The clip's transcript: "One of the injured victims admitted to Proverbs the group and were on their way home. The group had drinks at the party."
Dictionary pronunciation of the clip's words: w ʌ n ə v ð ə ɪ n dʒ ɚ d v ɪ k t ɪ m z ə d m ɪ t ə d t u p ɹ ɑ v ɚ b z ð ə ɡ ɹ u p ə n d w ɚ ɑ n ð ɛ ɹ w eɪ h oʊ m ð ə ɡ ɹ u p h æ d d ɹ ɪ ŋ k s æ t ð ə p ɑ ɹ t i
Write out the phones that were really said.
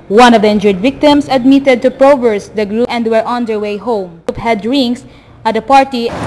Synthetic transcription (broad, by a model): w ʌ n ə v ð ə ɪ n dʒ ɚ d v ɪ k t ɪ m s ə d m ɪ t ə d t u p ɹ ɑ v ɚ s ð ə ɡ ɹ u ə n d w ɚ ɑ n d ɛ ɹ w eɪ h oʊ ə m p h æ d d ɹ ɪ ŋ s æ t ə p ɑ ɹ t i